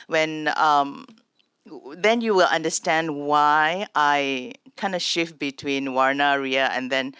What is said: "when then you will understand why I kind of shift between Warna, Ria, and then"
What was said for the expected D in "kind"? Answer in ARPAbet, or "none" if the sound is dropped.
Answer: D